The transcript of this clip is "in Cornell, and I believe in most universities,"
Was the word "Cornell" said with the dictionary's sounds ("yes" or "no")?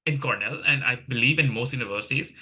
yes